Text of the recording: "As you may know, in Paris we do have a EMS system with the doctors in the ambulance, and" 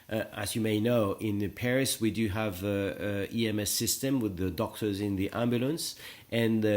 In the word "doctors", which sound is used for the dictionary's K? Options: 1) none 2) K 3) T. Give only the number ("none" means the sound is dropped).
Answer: 2